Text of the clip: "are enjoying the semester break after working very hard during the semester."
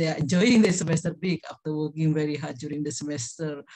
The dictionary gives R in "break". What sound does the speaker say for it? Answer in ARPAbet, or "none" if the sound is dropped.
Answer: none